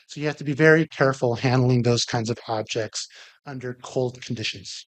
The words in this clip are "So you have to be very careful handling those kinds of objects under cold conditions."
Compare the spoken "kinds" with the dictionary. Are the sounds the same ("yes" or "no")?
yes